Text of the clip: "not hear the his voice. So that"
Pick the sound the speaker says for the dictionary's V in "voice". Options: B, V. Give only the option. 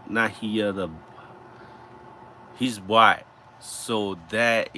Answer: B